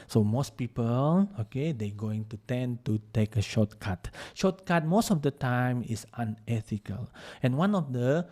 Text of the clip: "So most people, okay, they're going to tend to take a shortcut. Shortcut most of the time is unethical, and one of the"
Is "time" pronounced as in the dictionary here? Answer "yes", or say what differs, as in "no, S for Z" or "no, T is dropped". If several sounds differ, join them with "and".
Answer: yes